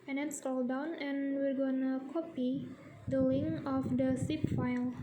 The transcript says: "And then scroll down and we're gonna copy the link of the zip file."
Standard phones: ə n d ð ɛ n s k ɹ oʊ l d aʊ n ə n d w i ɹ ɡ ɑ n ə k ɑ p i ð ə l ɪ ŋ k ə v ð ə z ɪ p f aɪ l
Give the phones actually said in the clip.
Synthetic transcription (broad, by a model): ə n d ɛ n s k oʊ l d aʊ n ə n w i ɹ ɡ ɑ n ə k ɑ p i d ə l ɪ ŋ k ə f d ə s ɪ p f aɪ l